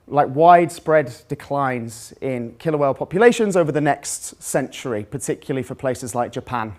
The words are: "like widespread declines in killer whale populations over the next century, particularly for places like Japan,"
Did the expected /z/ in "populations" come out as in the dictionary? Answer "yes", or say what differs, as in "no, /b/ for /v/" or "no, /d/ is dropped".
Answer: yes